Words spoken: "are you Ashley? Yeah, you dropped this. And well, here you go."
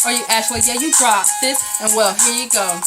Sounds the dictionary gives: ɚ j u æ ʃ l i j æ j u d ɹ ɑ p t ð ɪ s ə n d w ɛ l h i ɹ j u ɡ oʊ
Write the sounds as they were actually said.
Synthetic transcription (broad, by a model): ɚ j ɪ æ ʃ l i j æ j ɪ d ɹ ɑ t ð ɪ s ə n w ɛ l h i ɹ j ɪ ɡ oʊ